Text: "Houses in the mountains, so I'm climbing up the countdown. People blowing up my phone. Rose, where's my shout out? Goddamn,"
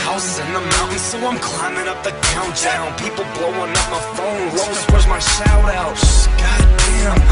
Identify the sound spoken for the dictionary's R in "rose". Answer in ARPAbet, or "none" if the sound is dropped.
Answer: W